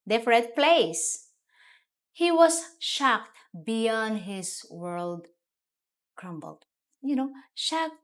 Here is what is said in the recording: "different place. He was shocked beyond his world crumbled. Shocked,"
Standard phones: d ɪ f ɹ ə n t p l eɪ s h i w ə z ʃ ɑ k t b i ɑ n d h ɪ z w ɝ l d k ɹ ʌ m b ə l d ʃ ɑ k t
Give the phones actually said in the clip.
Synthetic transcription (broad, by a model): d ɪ f ɹ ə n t p l eɪ s h i w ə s ʃ ɑ k t b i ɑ n d h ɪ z w ɝ l d k ɹ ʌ m b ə l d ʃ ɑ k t